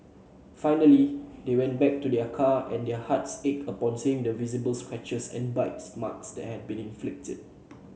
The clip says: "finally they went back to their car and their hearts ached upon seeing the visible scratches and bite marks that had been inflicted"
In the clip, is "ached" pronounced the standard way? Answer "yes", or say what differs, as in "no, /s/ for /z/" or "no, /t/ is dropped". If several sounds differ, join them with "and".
no, /t/ is dropped